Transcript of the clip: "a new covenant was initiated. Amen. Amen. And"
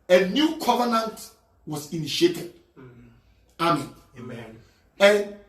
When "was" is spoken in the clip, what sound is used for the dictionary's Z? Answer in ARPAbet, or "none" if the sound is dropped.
S